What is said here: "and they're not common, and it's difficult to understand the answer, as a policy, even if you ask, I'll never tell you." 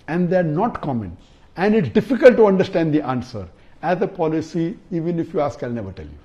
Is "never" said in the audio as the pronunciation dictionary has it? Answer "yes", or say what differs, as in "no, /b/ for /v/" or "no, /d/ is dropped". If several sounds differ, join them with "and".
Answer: yes